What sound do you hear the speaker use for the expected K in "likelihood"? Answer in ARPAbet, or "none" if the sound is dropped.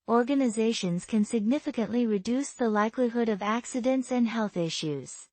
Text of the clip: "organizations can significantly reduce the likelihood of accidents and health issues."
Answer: K